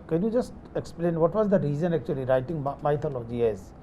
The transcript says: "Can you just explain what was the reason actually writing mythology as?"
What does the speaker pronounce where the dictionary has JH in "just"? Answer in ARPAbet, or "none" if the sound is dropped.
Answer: JH